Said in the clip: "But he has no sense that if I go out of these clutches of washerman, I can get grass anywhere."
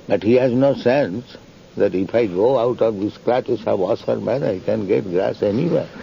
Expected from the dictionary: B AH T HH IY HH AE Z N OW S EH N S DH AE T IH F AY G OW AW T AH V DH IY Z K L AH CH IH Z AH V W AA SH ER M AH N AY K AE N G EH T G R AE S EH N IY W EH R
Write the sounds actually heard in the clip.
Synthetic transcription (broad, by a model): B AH T HH IY HH AE Z N OW S EH N S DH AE T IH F AY G OW AW T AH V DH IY S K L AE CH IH S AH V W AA S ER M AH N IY K AE N G EH T G R AE S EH N IY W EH R